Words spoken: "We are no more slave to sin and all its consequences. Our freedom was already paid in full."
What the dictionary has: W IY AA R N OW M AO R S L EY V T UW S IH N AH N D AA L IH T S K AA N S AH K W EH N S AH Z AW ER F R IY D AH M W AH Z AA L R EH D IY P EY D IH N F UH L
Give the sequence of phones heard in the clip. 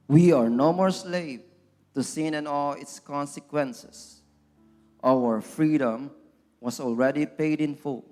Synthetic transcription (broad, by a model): W IY AA R N OW M AO R S L EY V T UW S IH N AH N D AA L IH T S K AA N S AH K W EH N S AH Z AW ER F R IY D AH M W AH S AA L R EH D IY P EY D IH N F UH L